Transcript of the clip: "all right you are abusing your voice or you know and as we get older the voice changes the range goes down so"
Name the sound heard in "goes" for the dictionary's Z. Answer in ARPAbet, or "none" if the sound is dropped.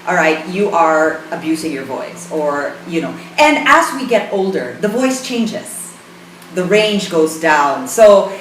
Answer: Z